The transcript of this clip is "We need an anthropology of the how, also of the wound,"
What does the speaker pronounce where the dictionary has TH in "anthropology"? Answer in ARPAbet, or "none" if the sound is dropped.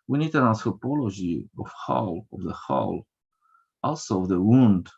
T